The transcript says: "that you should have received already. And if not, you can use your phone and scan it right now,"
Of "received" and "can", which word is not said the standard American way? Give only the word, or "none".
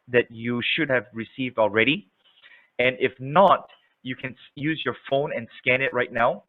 none